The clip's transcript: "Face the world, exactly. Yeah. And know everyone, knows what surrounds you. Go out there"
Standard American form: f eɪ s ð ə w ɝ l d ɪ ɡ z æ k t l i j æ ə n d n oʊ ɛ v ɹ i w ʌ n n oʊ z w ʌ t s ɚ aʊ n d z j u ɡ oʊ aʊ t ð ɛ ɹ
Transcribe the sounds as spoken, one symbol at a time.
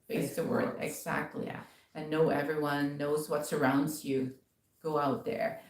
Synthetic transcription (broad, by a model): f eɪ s ð ə w ɝ l d ɪ ɡ z æ k t l i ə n n oʊ ɛ v ɹ i w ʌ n n oʊ z w ʌ t s ɚ aʊ n d z j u ɡ oʊ aʊ t ð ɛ ɹ